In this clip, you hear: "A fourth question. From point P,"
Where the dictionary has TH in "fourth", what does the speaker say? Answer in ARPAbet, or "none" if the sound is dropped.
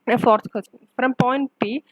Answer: S